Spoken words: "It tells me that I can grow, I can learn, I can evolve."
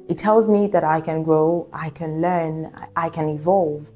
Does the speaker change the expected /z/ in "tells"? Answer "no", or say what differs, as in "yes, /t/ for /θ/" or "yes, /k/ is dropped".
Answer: no